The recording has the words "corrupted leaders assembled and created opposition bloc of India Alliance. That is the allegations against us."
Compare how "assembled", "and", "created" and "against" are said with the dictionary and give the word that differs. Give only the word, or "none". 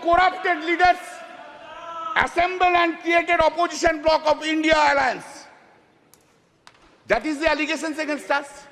assembled